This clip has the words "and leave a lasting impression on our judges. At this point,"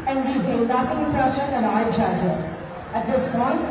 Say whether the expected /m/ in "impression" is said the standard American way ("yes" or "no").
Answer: no